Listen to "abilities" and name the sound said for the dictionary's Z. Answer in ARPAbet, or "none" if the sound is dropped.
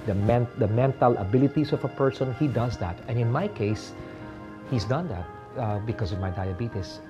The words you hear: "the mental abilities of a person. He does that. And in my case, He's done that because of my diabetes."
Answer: S